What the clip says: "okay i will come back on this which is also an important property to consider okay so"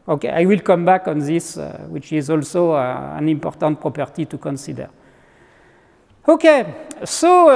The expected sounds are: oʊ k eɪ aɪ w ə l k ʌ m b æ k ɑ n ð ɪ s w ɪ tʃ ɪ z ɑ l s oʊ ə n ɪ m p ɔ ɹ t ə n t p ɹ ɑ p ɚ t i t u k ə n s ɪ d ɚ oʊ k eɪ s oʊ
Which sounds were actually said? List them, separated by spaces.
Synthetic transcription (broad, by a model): oʊ k eɪ aɪ w ə l k ʌ m b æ k ɑ n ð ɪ s w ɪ tʃ ɪ z ɑ l s oʊ ə n ɪ m p ɔ ɹ t ə n t p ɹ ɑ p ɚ t i t u k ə n s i d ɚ oʊ k eɪ s oʊ